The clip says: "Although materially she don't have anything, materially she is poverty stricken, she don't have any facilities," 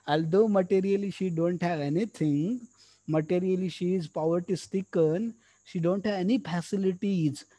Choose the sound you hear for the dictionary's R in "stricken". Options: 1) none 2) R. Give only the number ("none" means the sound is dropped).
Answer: 1